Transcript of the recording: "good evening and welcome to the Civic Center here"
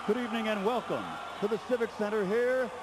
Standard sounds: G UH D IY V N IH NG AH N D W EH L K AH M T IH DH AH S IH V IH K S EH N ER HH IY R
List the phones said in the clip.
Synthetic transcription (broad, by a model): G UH D IY V N IH NG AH N W EH L K AH M T IH DH AH S IH V IH K S EH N ER HH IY R